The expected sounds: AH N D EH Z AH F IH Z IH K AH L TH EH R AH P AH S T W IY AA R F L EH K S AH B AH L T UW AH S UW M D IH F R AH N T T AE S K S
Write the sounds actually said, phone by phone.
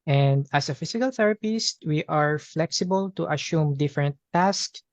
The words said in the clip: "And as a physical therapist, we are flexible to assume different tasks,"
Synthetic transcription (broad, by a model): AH N D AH S AH F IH S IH K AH L TH EH R AH P AH S T W IY AA R F L EH K S AH B AH L T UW AH S UW M D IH F R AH N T T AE S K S